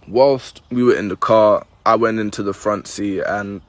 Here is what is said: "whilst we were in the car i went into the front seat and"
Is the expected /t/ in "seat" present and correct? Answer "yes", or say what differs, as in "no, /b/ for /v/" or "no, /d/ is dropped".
no, /t/ is dropped